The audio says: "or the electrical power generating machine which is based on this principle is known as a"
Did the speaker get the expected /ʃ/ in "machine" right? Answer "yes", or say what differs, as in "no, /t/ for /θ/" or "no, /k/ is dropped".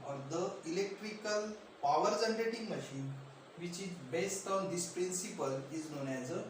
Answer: yes